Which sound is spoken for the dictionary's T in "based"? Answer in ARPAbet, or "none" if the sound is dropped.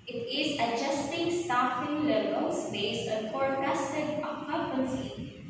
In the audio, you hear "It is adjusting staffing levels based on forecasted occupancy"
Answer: none